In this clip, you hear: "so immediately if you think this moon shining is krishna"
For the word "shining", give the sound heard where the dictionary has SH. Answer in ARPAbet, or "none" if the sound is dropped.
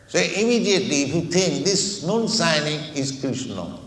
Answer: S